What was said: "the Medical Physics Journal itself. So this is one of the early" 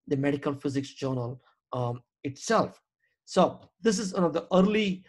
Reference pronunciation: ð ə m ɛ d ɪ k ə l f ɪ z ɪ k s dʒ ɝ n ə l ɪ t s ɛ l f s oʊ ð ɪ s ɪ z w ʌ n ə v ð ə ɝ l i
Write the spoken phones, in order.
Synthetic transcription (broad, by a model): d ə m ɛ d ɪ k ə l f ɪ z ɪ k s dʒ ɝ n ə l ɪ t s ɛ l f s oʊ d ɪ s ɪ z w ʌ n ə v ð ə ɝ l i